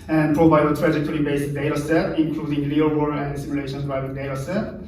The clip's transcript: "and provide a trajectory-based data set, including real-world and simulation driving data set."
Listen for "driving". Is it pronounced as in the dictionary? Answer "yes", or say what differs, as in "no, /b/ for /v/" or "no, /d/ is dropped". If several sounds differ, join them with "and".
no, /v/ is dropped